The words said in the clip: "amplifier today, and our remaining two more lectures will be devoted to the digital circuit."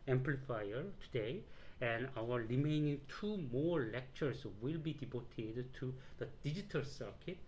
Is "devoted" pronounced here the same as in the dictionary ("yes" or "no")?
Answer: no